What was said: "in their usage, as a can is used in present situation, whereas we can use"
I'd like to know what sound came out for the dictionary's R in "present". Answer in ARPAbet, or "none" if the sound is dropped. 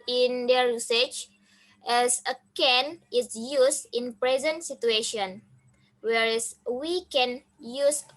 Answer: R